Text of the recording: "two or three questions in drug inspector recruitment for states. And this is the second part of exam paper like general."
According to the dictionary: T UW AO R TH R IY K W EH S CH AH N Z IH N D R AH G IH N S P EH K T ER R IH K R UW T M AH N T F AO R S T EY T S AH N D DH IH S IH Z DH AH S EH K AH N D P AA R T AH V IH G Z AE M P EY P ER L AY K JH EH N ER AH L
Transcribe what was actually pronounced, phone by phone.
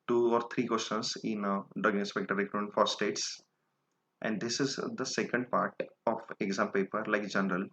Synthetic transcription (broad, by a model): T UW AO R T R IY K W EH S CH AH N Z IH N D AH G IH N S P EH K T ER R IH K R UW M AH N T F AO R S T EY T S AH N D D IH S IH Z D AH S EH K AH N D P AA R T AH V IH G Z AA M P EY P ER L AY K JH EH N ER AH L